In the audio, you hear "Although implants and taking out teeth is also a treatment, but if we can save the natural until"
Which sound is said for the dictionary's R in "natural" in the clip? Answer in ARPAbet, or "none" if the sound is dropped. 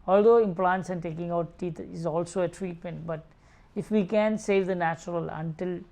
R